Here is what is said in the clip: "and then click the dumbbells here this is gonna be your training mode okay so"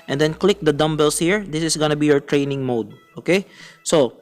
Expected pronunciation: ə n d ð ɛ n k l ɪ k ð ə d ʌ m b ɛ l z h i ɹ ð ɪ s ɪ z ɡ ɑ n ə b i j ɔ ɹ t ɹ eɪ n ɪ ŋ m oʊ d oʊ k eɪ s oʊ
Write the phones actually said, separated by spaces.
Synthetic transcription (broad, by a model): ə n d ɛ n k l ɪ k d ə d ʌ m b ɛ l s h i ɹ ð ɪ s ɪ s ɡ ɑ n ə b i j ɔ ɹ t ɹ eɪ n ɪ ŋ m oʊ d oʊ k eɪ s oʊ